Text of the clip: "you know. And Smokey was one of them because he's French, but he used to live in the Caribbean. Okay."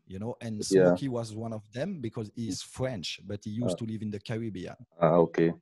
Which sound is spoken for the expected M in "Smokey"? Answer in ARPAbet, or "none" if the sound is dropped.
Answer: none